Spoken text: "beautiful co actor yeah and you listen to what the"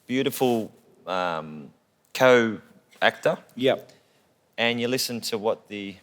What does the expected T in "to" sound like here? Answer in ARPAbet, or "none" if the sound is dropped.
T